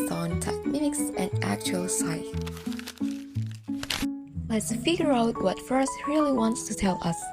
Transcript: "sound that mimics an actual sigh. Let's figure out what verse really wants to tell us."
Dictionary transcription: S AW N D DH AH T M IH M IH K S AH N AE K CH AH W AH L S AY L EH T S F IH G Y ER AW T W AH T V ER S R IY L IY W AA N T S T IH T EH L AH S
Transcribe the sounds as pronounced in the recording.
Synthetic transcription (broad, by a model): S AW N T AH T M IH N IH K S AH N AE K CH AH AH L S AY L EH T S F IH G Y ER AW T W AH T F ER S R IY L IY W AA N T S T IH T EH L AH S